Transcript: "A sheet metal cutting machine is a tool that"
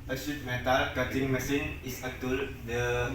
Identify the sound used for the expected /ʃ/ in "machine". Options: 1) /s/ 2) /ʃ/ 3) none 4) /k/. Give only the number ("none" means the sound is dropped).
1